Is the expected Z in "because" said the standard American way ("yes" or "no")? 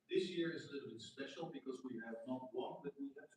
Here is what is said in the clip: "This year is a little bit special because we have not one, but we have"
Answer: yes